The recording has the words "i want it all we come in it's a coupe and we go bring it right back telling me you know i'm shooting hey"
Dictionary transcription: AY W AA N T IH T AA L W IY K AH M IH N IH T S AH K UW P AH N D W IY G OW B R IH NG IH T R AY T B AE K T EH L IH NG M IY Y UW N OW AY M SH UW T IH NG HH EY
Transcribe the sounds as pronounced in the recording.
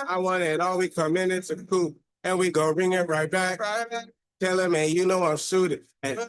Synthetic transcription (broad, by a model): AY W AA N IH IH T AA L W IY K AH M IH N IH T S AH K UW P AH N W IY G OW R IH NG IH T R AY T B AE K T EH L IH M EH Y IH N OW AY M S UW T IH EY